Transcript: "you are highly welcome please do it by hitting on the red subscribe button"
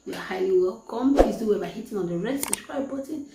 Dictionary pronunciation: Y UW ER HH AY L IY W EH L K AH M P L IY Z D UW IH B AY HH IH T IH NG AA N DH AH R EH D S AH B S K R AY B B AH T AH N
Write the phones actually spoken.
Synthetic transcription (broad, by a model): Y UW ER HH AY L IY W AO K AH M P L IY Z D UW IH B AY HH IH T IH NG AA N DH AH R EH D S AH S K R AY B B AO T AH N